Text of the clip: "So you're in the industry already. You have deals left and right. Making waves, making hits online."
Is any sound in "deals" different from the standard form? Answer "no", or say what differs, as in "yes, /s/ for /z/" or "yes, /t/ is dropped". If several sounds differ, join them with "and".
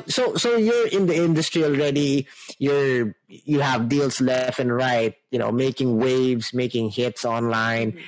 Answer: yes, /s/ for /z/